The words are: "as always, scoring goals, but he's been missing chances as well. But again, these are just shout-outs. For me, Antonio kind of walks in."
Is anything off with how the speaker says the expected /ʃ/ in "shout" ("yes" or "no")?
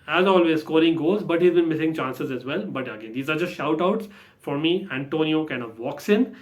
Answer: no